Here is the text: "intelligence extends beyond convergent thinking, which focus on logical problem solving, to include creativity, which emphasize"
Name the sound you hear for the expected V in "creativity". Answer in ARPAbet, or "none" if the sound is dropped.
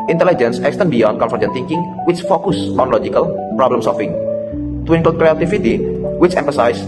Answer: F